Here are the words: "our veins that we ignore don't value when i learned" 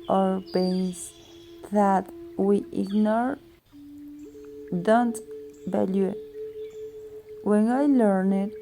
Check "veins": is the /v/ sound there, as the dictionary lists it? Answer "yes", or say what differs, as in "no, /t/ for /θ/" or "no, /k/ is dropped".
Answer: no, /b/ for /v/